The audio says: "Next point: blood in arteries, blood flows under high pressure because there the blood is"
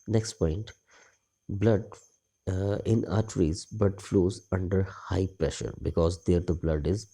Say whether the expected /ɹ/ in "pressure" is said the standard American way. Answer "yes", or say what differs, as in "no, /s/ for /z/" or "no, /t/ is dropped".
yes